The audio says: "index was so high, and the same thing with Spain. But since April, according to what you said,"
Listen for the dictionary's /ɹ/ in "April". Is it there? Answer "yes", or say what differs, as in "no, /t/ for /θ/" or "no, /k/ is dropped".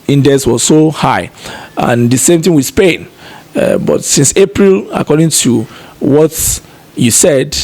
yes